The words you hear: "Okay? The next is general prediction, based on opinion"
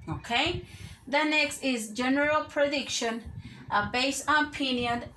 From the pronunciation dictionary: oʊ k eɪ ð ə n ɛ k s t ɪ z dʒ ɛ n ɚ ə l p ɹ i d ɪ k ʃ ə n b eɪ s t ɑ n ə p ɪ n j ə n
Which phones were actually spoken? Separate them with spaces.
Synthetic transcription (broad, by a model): oʊ k eɪ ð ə n ɛ k s t ɪ z dʒ ɛ n ɚ ə l p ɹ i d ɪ k ʃ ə n b eɪ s ɑ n p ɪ n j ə n